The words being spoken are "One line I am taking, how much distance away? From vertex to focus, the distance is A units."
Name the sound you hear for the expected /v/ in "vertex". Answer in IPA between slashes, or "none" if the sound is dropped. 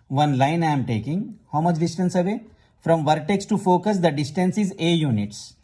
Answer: /v/